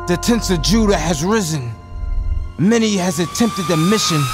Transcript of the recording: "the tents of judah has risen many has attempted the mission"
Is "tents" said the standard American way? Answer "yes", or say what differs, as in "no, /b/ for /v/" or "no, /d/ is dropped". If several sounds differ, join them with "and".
yes